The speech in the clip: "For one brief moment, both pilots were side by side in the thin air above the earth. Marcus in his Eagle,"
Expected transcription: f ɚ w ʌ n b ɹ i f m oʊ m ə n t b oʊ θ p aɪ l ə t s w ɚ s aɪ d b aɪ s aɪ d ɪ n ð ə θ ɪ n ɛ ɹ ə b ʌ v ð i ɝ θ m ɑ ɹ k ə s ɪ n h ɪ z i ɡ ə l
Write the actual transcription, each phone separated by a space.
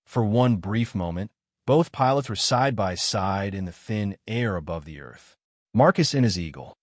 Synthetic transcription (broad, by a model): f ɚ w ʌ n b ɹ i f m oʊ m ə n t b oʊ θ p aɪ l ə t s w ɚ s aɪ d b aɪ s aɪ d ɪ n ð ə θ ɪ n ɛ ɹ ə b ʌ v ð i ɝ θ m ɑ ɹ k ə s ɪ n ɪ z i ɡ l